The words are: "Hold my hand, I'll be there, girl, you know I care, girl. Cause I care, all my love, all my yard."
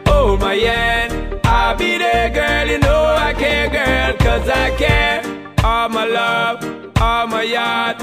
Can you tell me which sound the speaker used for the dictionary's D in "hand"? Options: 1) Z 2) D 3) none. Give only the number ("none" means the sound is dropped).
3